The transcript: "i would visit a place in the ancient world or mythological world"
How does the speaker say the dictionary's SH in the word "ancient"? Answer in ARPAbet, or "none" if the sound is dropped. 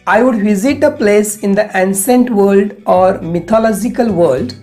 S